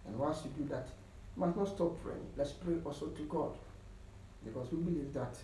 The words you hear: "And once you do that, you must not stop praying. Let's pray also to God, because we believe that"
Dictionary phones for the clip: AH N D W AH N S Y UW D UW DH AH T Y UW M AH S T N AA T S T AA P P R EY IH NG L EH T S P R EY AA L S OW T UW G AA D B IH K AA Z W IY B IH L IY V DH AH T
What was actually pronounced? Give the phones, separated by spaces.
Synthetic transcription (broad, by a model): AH N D W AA L S Y UW D UW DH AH T Y UW M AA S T N AA T S T AA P P R EY IH NG L EH T S P R EY AA L S OW T UW G AA D B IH K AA S W IY B IH L IY V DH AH T